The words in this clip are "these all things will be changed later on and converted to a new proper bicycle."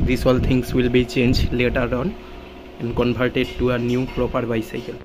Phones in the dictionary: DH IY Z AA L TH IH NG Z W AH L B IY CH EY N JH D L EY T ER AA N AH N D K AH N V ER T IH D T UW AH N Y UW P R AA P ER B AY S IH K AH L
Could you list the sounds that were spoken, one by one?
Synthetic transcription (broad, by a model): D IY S AA L T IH NG S W AH L B IY CH EY N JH L EY T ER AA N AH N D K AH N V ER T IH D T UW AH N Y UW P R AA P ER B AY S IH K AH L